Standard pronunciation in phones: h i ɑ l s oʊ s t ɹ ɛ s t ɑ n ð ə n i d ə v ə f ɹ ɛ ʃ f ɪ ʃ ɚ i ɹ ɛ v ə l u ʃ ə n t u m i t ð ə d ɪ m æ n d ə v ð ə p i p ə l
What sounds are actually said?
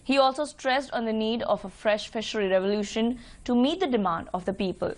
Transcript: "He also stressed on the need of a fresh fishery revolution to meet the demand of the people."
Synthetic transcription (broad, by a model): h i ɑ l s oʊ s t ɹ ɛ s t ɑ n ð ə n i d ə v ə f ɹ ɛ ʃ f ɪ ʃ ɚ i ɹ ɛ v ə l u ʃ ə n t u m i t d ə d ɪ m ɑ n d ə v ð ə p i p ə l